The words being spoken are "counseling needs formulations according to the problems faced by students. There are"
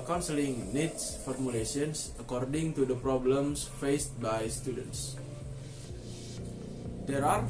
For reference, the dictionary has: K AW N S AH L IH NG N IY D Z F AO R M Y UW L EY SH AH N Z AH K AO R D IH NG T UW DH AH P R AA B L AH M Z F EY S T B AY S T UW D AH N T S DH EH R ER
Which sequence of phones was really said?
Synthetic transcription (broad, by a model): K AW N S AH L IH NG N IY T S F AO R M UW L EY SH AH N S AH K AO R D IH NG T UW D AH P R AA B L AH M S F EY S T B AY S T UW D AH N T S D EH R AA